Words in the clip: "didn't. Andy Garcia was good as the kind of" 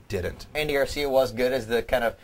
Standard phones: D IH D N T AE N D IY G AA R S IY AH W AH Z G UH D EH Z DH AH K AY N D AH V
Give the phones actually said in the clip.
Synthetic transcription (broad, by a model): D IH D N T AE N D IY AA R S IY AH W AH Z G UH D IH Z DH AH K AY N D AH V